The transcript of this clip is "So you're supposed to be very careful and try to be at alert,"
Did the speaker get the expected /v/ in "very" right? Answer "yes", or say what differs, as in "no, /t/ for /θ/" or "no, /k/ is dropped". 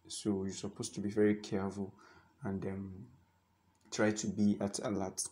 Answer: yes